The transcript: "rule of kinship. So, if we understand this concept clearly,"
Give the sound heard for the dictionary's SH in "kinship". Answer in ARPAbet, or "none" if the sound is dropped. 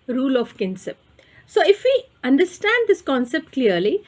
S